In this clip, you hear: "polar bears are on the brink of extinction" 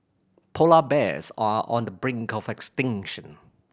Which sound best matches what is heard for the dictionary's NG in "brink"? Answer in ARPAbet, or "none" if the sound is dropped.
NG